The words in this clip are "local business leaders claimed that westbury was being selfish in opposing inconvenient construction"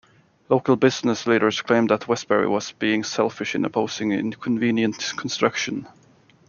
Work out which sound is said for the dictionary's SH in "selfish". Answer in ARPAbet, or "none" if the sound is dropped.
SH